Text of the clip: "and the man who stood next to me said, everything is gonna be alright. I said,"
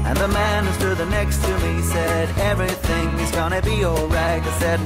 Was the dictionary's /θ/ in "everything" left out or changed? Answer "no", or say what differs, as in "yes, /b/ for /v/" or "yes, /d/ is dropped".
no